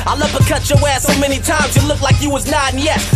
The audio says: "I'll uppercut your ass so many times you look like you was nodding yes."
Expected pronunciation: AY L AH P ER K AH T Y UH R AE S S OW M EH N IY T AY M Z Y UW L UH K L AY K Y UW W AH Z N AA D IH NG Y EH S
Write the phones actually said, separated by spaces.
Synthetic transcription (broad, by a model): AY L AH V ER K AH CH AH W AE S S OW M EH N IY T AY M Z Y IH L UH K L AY K Y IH W AH Z N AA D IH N Y EH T